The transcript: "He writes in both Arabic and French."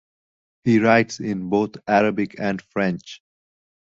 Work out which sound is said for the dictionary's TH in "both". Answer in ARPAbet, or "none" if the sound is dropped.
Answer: T